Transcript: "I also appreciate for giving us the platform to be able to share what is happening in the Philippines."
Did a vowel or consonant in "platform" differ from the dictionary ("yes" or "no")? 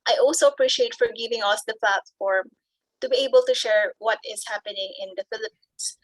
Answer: no